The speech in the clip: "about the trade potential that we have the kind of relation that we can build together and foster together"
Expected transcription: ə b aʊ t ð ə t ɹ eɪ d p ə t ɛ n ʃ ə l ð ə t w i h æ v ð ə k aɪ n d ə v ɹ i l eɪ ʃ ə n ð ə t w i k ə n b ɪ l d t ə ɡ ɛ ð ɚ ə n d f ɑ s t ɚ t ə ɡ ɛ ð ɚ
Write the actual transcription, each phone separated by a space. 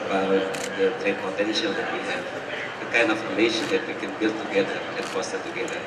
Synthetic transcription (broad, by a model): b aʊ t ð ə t eɪ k p ə t ɛ n ʃ ə l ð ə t w i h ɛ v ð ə k aɪ n d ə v ɹ i l eɪ ʃ ə n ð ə t w i k ə n b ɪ l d t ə ɡ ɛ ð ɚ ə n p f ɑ s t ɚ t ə ɡ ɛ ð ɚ